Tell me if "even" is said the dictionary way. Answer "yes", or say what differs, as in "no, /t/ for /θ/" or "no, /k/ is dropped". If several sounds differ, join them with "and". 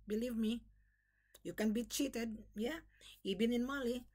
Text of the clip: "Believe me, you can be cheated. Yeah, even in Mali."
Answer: no, /b/ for /v/